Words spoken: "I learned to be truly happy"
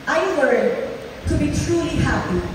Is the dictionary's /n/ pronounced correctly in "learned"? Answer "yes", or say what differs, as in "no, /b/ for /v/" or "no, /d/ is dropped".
no, /n/ is dropped